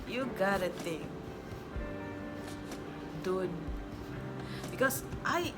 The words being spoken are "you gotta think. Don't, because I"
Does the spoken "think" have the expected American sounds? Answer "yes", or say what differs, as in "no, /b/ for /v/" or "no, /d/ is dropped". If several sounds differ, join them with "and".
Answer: no, /t/ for /θ/